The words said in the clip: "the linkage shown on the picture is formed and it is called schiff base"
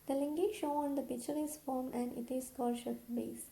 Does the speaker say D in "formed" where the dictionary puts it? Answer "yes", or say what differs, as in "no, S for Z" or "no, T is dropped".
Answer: no, D is dropped